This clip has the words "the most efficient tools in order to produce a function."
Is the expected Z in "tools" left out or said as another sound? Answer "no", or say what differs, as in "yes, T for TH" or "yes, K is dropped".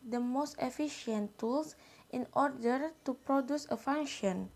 yes, S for Z